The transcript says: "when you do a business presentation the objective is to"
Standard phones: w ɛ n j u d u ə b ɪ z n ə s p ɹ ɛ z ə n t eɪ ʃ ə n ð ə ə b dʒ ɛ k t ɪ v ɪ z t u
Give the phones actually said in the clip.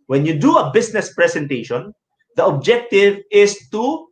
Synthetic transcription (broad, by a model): w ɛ n j u d u ə b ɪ s n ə s p ɹ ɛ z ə n t eɪ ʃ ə n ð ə ə b dʒ ɛ k t ɪ v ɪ s t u